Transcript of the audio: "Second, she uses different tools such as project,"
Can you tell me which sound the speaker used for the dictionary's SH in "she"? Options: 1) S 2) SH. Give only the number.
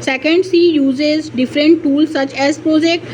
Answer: 1